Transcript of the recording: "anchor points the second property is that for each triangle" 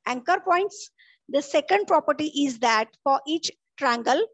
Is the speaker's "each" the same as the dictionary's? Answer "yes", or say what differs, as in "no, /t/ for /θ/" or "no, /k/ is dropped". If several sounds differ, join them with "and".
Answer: yes